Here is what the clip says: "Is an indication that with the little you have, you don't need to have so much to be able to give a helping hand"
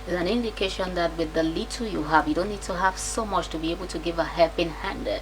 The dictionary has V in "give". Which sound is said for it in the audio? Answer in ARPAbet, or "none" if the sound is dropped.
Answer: V